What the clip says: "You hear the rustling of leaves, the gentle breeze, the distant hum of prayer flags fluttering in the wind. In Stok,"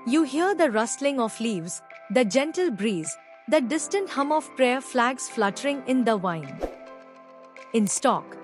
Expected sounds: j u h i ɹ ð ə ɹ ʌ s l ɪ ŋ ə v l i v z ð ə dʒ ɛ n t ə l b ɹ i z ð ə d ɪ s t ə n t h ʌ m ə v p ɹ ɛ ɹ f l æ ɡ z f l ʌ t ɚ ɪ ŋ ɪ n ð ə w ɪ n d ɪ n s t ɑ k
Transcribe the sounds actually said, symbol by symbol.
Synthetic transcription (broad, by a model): j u h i ɹ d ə ɹ ʌ s l ɪ ŋ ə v l i v z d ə dʒ ɛ n t ə l b ɹ i z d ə d ɪ s t ə n t h ʌ m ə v p ɹ ɛ ɹ f l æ ɡ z f l ʌ t ɚ ɪ ŋ ɪ n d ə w ɪ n ɪ n s t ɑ k